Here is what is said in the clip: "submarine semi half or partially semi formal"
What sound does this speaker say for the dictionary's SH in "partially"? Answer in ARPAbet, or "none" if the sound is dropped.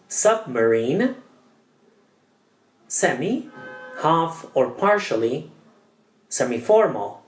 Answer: SH